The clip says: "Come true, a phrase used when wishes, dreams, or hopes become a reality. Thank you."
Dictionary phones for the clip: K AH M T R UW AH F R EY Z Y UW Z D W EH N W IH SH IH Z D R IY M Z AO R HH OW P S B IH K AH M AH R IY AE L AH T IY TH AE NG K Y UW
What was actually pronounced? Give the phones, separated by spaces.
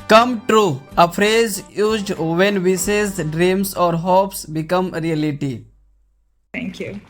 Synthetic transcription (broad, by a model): K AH M T R UW AH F R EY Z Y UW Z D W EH N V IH S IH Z D R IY M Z AO R HH OW P S B IH K AH M R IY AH L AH T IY T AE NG K Y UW